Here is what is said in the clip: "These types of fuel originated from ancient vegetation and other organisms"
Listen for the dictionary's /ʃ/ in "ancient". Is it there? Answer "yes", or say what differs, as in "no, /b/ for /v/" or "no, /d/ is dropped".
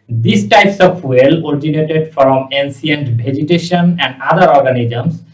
no, /s/ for /ʃ/